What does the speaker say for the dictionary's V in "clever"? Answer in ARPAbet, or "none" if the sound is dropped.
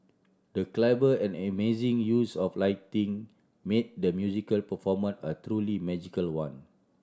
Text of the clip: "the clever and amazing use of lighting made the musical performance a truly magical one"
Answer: B